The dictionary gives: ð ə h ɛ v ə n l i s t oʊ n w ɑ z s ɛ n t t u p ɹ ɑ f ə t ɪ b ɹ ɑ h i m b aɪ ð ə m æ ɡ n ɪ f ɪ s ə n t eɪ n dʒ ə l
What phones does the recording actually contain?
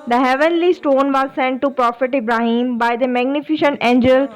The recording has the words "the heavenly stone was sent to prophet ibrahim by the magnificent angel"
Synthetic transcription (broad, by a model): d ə h ɛ v ə n l i s t oʊ n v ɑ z s ɛ n t t u p ɹ ɑ f ə t ɪ b ɹ ɑ h i m b aɪ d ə m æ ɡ n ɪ f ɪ ʃ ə n t eɪ n dʒ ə l